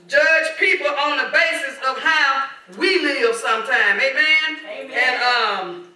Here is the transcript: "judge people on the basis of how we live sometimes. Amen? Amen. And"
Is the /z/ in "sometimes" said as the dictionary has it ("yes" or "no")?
no